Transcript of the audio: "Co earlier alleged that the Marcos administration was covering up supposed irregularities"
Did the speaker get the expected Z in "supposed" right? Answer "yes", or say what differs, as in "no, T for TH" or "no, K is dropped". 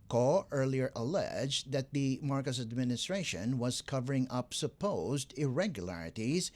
yes